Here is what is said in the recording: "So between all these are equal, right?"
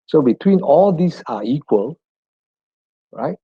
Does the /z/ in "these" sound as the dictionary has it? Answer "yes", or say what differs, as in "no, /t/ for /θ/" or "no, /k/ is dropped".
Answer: no, /s/ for /z/